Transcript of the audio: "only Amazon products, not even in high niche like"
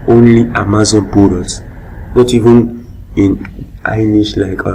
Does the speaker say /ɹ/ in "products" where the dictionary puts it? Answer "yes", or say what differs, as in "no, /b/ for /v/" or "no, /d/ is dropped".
no, /ɹ/ is dropped